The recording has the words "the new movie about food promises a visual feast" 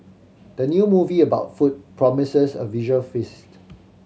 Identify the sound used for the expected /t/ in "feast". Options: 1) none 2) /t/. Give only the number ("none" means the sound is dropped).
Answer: 2